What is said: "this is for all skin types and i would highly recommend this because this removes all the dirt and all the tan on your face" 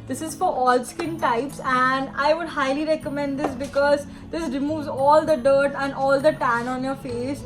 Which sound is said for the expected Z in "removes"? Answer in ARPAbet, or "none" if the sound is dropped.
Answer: Z